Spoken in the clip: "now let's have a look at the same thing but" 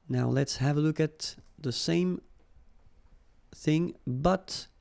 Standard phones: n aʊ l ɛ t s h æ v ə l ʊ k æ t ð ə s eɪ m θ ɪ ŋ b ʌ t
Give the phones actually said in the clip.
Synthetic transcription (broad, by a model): n aʊ l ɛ t s h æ v ə l ʊ k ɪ t ð ə s eɪ m θ ɪ ŋ b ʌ t